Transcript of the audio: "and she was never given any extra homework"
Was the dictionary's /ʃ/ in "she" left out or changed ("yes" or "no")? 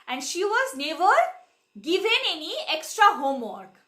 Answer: no